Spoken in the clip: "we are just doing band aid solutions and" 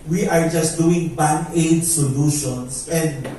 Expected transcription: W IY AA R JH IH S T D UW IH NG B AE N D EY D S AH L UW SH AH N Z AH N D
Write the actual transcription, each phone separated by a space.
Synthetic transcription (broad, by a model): W IY AA R JH IH S T D UW IH NG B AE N EY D S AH L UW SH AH N S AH N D